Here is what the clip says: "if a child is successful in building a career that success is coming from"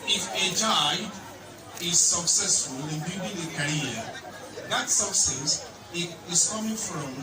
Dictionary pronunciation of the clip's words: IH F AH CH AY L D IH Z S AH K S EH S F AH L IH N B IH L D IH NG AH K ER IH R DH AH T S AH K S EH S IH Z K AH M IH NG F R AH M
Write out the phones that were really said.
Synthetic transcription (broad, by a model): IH F AH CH AY D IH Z S AH K S EH S F AH L IH N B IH D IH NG AH K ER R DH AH T S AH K S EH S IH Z K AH M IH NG F R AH M